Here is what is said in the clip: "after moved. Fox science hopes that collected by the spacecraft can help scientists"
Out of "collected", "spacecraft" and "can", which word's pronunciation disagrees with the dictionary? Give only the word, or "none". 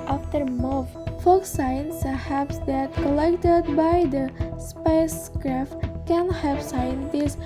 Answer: none